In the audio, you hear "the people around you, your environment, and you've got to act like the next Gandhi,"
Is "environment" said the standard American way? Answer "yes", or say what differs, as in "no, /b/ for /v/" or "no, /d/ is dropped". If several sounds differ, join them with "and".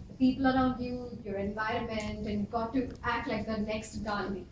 yes